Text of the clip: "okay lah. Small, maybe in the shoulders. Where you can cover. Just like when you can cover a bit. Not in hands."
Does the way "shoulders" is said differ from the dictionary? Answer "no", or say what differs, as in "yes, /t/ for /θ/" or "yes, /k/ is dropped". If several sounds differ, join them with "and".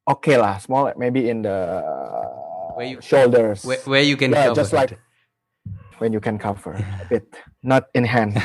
yes, /s/ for /z/